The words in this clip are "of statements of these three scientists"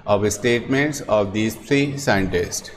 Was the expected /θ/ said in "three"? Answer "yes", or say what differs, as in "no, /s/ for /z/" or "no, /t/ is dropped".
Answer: no, /t/ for /θ/